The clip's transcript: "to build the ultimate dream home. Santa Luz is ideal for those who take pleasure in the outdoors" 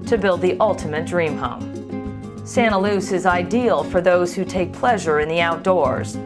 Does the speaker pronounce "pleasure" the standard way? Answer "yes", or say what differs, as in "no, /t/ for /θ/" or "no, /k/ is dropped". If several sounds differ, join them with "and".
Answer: yes